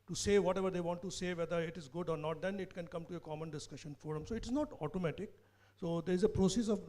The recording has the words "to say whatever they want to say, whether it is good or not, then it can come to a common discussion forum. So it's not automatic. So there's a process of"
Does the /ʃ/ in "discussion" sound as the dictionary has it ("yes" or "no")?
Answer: yes